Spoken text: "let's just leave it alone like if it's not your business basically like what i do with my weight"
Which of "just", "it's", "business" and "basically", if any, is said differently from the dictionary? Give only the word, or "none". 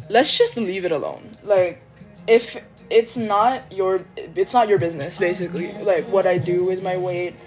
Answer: none